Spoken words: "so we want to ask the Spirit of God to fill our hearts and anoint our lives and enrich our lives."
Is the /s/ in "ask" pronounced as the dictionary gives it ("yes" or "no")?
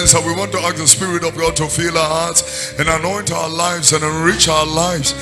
no